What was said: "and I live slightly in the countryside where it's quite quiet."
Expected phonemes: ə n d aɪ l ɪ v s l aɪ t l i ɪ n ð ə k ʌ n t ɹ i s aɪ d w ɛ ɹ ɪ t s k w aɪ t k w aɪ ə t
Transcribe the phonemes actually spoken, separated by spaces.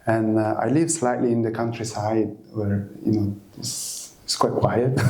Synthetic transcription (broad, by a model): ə n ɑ aɪ l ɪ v s l aɪ t l i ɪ n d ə k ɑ n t ɹ i s aɪ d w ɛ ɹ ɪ s s k w aɪ t k w aɪ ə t